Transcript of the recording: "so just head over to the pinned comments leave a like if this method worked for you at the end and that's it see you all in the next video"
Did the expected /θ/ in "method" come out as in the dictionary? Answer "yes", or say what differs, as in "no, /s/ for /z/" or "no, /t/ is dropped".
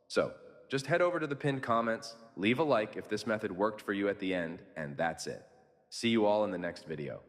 yes